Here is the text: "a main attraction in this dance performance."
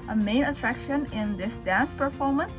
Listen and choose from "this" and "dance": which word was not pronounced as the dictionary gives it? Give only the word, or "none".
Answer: none